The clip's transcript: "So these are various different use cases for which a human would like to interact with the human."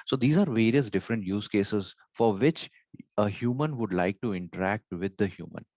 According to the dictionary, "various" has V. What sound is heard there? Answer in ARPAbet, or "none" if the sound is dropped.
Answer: V